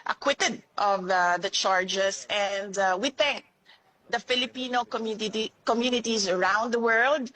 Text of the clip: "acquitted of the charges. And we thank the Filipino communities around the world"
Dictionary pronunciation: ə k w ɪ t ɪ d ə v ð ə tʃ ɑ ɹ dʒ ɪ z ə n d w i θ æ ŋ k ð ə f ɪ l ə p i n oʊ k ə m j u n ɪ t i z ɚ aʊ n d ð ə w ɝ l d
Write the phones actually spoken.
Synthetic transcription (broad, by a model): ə k w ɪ t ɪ d ə v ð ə tʃ ɑ ɹ dʒ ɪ s ə n d w i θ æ ŋ k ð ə f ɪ l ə p i n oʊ k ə m j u n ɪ t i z ɚ aʊ n d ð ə w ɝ l d